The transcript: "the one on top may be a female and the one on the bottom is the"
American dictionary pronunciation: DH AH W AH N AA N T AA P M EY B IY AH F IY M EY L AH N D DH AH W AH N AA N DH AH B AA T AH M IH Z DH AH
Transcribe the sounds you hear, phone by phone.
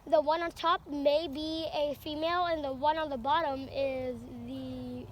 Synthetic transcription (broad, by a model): DH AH W AH N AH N T AA P M EY B IY AH F IY M EY L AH N DH AH W AH N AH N DH AH B AA T AH M IH Z DH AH